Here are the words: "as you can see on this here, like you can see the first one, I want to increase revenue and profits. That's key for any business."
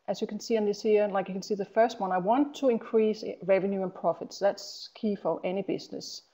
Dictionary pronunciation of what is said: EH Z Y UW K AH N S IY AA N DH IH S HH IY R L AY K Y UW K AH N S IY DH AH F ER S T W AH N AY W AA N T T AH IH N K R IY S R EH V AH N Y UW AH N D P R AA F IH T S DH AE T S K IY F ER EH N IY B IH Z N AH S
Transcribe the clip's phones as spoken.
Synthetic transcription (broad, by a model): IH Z Y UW K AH N S IY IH N DH IH S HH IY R L AY K Y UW K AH N S IY DH AH F ER S T W AH N AY W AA N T T AH IH N K R IY S R EH V AH N Y UW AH N P R AA F IH T S DH AE T S K IY F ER EH N IY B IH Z N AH S